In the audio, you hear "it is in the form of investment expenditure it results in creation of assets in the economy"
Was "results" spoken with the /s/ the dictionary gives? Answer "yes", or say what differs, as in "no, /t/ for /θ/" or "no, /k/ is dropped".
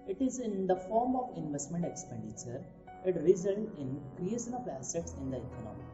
no, /s/ is dropped